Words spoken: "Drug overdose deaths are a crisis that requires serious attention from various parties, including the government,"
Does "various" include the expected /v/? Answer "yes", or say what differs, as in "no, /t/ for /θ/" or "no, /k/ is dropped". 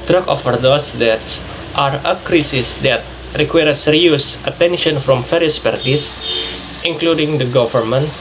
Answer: no, /f/ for /v/